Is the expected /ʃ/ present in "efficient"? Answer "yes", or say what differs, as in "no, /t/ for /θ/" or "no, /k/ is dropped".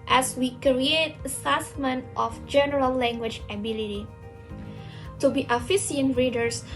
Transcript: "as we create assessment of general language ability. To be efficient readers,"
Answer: no, /s/ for /ʃ/